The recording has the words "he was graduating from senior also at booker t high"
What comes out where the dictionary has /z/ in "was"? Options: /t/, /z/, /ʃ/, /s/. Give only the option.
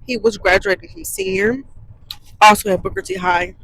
/z/